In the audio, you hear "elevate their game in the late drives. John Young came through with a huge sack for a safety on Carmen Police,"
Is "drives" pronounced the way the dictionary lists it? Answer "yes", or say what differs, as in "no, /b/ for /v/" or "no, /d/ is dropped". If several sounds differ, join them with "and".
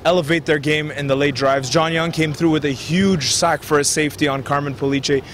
yes